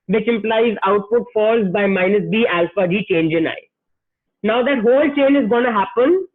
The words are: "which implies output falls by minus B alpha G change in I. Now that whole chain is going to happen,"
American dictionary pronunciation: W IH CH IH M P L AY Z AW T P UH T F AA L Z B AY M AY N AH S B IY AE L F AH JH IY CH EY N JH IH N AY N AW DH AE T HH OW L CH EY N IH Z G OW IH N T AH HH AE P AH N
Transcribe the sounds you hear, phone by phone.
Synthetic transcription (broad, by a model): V IH CH IH M P L AY Z AW T P UH T F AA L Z B AY M AY N AH S B IY AE L F AH JH IY CH EY N JH IH N AY N AW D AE T HH OW L CH EY N IH Z G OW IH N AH HH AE P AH N